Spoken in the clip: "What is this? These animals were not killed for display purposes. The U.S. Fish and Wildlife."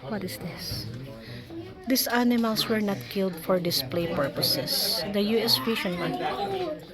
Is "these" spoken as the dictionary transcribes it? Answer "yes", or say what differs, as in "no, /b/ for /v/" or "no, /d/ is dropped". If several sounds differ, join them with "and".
no, /s/ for /z/